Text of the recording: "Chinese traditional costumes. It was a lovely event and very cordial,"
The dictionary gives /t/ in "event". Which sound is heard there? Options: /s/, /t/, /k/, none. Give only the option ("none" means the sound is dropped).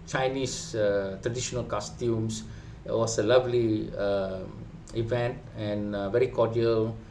/t/